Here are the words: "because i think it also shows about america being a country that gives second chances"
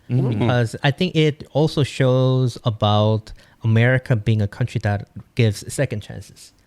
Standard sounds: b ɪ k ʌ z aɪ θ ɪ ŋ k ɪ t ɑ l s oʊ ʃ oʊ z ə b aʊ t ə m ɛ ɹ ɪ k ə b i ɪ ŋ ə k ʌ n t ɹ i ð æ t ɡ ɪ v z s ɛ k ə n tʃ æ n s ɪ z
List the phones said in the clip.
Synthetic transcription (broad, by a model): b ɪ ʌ z aɪ θ ɪ ŋ k ɪ t ɑ l s oʊ ʃ oʊ z ə b aʊ t ə m ɛ ɹ ɪ k ə b i ɪ ŋ ə k ʌ n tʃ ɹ i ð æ t ɡ ɪ v z s ɛ k ə n tʃ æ n s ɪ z